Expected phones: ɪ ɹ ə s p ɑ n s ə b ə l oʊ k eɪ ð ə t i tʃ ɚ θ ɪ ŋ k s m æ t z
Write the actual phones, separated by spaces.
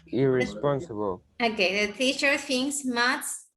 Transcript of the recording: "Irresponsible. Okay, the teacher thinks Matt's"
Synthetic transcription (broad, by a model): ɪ ɹ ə s p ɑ n s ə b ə l oʊ k eɪ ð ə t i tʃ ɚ f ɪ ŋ s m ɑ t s